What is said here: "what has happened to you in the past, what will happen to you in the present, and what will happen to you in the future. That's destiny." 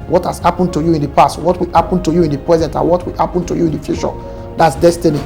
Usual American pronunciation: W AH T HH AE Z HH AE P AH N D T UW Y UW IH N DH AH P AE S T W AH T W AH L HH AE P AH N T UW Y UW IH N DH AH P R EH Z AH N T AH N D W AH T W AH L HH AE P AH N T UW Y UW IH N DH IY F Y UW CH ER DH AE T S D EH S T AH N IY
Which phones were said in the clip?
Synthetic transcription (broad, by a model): W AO T HH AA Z HH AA P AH N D T UW Y UW IH N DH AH P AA S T W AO T W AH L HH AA P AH N T UW Y UW IH N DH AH P R EH Z AH N T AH N W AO T W AH L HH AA P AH N T UW Y UW IH N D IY F Y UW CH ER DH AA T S D EH S T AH N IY